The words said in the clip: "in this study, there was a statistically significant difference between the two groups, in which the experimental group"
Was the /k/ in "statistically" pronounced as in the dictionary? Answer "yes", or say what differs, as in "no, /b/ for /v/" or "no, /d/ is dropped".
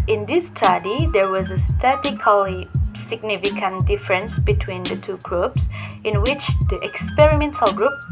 no, /k/ is dropped